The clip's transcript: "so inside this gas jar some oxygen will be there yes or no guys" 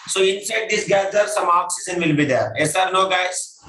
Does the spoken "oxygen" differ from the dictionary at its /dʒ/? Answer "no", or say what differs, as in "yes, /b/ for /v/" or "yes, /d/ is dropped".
yes, /z/ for /dʒ/